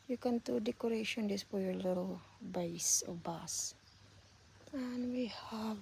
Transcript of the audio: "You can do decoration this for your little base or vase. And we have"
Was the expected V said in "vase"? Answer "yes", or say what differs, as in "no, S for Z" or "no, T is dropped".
no, B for V